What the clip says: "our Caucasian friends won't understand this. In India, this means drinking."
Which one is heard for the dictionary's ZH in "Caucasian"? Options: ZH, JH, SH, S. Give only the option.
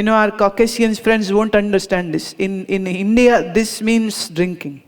S